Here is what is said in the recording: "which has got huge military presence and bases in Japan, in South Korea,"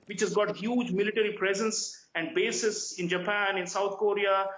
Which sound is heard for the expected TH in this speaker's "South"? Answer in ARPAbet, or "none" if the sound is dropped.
T